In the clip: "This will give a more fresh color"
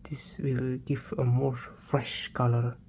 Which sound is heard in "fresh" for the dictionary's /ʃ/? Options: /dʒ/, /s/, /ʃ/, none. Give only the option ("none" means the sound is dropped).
/ʃ/